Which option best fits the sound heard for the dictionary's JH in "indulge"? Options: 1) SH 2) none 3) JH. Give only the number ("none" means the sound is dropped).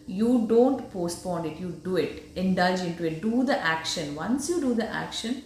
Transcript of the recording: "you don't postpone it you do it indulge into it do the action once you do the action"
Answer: 3